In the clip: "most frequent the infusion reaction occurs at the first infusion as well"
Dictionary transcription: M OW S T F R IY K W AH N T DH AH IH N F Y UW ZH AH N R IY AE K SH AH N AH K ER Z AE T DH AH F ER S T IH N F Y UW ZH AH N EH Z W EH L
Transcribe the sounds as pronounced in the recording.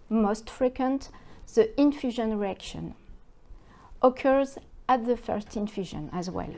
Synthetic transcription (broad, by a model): M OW S T F R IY K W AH N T DH AH IH N F Y UW ZH AH N R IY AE K SH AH N AH K ER Z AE T DH AH F ER S T IH N F Y UW ZH AH N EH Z W EH L